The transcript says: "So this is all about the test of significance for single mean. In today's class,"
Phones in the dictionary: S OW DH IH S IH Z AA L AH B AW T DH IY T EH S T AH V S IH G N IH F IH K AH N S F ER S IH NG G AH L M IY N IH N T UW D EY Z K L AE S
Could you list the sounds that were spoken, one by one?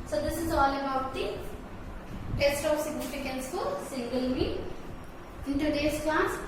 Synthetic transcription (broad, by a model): S OW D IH S IH Z AA L AH B AW T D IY T EH S T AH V S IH G N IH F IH K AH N S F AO S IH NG G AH L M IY IH N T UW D EY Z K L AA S